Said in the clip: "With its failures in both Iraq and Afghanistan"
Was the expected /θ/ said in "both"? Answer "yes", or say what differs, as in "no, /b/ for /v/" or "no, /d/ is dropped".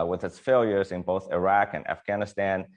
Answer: yes